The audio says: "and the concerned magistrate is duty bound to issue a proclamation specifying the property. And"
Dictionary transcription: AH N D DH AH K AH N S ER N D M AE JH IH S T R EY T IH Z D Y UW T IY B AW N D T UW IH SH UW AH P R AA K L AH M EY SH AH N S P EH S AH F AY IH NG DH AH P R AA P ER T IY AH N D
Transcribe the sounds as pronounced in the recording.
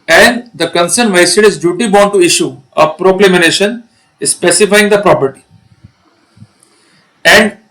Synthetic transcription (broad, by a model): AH N D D AH K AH N S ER N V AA IH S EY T IH Z D Y UW T IY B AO N T UW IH SH UW AH P R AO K L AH M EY SH AH N S P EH S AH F AY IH NG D AH P R AA P ER T IY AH N D